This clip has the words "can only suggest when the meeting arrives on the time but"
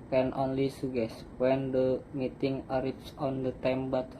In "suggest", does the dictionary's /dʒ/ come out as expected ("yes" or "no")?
no